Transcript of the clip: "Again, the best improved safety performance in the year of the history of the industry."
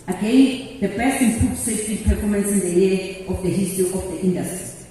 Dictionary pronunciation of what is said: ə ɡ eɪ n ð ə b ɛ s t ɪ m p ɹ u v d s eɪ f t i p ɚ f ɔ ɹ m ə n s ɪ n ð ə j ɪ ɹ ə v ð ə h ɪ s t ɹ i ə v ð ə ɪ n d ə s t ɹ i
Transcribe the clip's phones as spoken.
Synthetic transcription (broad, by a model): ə ɡ eɪ n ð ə b ɛ s t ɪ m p u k s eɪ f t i p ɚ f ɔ m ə n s ɪ n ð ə j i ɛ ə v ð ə h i s t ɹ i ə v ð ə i n d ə s t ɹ i